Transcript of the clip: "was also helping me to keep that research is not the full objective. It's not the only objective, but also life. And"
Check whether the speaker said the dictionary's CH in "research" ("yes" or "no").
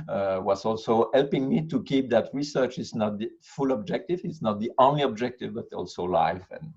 yes